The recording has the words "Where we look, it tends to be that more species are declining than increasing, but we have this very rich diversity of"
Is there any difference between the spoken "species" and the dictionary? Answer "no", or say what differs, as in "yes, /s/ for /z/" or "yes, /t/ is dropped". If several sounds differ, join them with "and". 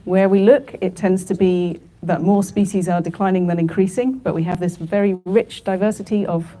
no